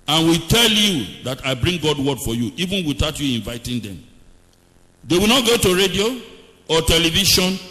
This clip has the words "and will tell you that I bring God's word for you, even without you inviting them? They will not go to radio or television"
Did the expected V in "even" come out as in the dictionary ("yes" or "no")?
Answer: yes